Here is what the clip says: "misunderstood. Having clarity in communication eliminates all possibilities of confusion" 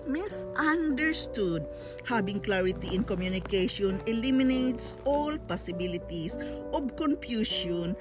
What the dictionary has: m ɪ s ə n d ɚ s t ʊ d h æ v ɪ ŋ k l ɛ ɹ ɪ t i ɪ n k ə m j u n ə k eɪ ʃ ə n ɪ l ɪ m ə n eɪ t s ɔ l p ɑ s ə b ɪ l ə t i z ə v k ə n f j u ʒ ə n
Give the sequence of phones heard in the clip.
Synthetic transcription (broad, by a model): m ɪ s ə n d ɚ s t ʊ d h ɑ b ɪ ŋ k l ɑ ɹ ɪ t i ɪ n k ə m j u n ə k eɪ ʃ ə n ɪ l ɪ m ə n eɪ t s ɔ l p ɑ s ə b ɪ l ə t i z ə b k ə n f j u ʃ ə n